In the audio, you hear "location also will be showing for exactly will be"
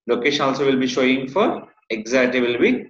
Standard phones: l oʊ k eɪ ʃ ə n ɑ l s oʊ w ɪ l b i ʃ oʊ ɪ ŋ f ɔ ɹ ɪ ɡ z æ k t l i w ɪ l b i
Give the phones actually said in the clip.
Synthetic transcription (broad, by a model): l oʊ k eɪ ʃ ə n ɑ l s oʊ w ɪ l b i ʃ oʊ ɪ ŋ f ɔ ɹ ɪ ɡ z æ t i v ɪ l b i